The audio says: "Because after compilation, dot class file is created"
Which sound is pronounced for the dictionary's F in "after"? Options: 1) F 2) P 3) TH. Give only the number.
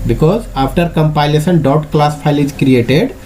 2